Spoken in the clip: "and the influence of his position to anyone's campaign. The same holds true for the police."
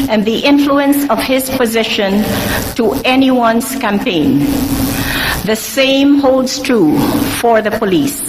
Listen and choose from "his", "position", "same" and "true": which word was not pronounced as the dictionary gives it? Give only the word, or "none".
none